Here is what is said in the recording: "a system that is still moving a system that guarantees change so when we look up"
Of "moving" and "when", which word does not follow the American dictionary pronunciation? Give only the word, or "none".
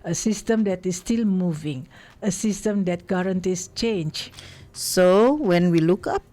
none